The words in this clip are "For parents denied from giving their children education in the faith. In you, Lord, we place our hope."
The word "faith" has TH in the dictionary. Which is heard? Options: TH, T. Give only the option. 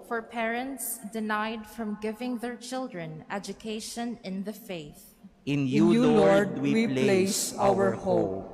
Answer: TH